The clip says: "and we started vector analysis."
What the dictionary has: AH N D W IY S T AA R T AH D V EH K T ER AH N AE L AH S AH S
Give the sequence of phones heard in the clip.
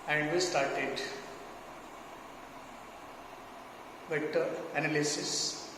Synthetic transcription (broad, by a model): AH N D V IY S T AA R T AH D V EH T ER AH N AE L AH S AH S